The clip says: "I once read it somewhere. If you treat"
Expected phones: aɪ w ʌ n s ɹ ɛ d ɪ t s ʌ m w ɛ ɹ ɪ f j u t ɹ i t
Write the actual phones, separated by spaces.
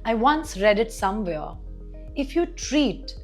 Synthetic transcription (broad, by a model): aɪ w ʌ n s ɹ ɛ d ɪ t s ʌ m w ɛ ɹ ɪ f j u t ɹ i t